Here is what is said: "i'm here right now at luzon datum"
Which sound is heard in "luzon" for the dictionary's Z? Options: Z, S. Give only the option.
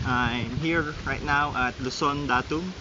S